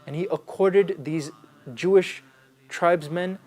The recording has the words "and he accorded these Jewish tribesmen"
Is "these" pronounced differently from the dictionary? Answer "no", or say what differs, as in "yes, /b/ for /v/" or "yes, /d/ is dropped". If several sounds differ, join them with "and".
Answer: no